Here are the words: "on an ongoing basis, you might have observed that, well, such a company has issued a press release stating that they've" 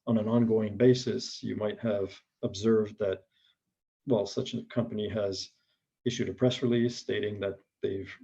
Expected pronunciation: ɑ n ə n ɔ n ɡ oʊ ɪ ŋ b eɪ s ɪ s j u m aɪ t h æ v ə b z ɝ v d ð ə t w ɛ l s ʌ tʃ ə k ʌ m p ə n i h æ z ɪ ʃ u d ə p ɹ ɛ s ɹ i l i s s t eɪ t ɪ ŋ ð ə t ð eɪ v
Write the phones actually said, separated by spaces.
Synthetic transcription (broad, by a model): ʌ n ə n ɔ n ɡ oʊ ɪ ŋ b eɪ s ɪ s j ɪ m aɪ t h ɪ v ə b z ɝ v d ð ə t w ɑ l s ʌ tʃ ə k ʌ m p ə n i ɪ z ɪ ʃ u d ə p ɹ ɛ s ɹ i l i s s t eɪ t ɪ ŋ ð ə t ð eɪ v